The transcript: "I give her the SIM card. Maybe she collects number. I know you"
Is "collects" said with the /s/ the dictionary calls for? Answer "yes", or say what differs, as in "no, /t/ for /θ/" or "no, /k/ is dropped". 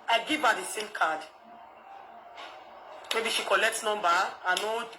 yes